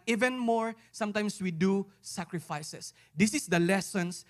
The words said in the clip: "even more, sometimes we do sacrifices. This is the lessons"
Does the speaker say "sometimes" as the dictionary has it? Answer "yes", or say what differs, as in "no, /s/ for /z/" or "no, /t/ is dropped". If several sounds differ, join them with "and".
no, /s/ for /z/